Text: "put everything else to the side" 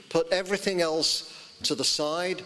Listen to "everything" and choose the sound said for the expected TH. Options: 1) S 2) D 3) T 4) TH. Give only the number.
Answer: 4